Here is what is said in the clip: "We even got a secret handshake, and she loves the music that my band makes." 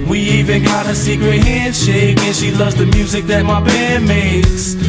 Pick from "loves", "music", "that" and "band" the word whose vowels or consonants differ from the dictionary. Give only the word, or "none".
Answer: band